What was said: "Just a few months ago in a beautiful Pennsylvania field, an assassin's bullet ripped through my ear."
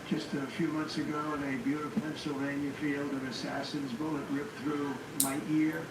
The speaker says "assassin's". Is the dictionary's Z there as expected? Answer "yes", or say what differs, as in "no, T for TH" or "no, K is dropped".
yes